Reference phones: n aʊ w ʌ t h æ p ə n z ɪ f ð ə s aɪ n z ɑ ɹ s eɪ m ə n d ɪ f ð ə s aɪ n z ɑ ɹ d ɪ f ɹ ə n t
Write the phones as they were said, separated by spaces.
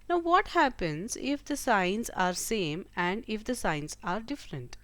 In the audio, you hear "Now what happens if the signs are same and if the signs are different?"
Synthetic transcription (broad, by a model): n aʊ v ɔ t h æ p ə n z ɪ f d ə s aɪ n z ɑ ɹ s eɪ m ə n d ɪ f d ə s aɪ n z ɑ ɹ d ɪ f ɹ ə n t